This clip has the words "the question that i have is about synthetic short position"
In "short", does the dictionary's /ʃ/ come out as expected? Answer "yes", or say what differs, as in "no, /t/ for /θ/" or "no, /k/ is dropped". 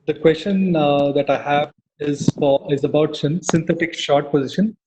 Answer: yes